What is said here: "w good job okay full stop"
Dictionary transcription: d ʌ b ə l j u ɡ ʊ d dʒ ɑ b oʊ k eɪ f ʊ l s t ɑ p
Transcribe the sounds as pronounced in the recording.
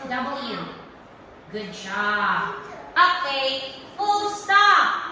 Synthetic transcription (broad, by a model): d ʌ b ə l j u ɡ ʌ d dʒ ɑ oʊ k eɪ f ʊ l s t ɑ